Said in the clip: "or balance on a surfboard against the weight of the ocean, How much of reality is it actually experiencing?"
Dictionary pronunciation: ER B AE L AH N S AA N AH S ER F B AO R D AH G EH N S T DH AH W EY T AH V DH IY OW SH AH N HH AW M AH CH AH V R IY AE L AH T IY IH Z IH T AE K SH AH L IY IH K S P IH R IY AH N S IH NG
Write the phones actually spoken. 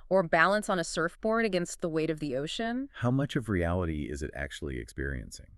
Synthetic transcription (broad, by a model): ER B AE L AH N S N AH S ER F B AO R D AH G EH N S T DH AH W EY T AH V DH IY OW SH AH N HH AW M AH CH AH V R IY AE L AH T IY IH Z IH T AE K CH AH L IY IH K S P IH R IY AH N S IH NG